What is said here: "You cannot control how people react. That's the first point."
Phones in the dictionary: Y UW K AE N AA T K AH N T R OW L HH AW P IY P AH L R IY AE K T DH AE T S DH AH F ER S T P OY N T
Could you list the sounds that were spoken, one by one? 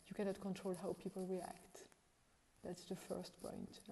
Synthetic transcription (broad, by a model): Y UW K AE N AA T K AH N T R OW L HH AW P IY P AH L R IY AE K T DH AE T S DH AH F ER S T P OY N T